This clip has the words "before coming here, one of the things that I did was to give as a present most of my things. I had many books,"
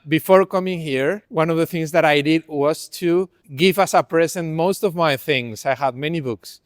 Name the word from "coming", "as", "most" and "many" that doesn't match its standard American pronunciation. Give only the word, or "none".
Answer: as